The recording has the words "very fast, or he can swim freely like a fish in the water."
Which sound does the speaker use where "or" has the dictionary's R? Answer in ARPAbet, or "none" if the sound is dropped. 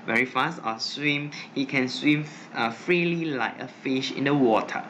W